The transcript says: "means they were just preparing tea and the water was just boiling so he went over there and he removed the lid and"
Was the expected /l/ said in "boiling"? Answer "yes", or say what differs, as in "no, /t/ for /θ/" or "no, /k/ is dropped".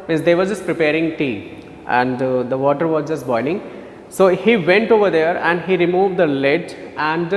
no, /n/ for /l/